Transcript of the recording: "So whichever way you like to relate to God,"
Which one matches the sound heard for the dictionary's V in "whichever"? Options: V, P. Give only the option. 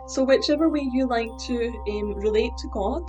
V